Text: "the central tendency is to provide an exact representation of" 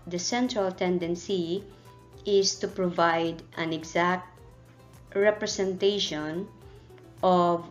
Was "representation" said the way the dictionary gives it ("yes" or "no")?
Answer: no